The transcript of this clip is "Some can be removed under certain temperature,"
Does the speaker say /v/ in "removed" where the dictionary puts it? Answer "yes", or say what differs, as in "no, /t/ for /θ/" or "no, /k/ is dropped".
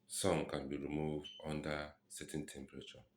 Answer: yes